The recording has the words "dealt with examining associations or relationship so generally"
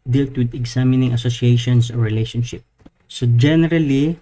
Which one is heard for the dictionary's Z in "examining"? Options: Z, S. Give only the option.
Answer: S